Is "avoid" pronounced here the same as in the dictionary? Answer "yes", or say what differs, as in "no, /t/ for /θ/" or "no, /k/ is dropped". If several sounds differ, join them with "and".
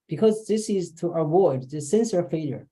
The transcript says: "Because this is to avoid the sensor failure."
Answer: no, /w/ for /v/